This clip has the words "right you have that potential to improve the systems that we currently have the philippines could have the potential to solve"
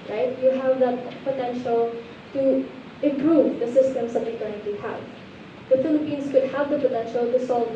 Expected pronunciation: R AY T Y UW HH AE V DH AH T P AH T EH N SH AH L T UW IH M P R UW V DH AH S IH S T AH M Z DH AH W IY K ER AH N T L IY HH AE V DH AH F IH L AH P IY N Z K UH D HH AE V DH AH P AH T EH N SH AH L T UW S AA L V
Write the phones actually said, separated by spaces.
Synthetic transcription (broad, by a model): R AY T Y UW HH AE V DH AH T P AH T EH N SH AH L T UW IH M P R UW V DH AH S IH S T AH M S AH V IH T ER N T IY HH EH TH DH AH F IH L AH P IY N S K UH D HH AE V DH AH P AH T EH N SH AH L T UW S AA L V